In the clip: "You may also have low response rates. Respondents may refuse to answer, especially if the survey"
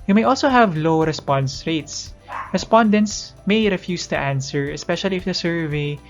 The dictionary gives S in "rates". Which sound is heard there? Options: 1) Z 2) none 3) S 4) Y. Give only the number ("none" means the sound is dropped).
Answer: 3